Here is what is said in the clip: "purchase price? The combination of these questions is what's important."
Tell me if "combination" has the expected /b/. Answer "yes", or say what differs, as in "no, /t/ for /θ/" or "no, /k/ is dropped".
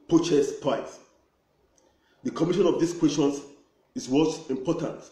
no, /b/ is dropped